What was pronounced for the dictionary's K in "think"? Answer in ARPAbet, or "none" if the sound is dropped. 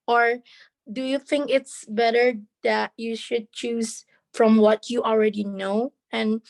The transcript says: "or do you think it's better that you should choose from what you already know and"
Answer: K